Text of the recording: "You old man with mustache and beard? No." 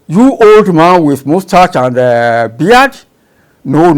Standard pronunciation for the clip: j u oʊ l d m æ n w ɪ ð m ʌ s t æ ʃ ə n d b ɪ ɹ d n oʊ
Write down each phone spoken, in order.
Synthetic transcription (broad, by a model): j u oʊ l d m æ n w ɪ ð m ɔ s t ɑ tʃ ə n d b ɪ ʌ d n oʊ